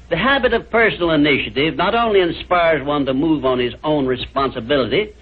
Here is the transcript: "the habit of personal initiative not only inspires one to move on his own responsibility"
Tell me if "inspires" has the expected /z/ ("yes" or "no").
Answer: yes